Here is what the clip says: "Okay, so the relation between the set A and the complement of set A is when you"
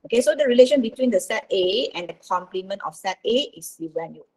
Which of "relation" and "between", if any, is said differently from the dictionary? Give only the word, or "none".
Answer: none